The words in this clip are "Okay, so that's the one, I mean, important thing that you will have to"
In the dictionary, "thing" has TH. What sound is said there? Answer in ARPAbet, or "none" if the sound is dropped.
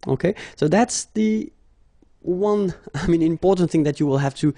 TH